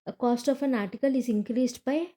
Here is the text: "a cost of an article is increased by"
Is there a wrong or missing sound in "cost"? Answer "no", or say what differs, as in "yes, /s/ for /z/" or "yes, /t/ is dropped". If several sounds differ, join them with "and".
no